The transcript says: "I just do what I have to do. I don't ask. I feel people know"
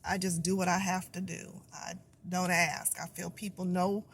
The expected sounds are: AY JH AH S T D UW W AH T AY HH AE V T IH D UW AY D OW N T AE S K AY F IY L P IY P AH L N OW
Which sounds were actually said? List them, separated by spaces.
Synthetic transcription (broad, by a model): AY JH AH S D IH W AH T AY HH AE F T IH D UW AY D OW N T AE S K AY F IY L P IY P L N OW